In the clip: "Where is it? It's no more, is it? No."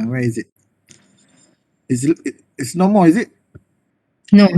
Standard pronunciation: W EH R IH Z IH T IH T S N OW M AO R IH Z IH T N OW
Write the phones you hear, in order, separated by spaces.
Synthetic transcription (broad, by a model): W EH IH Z IH T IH S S N OW M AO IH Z IH T N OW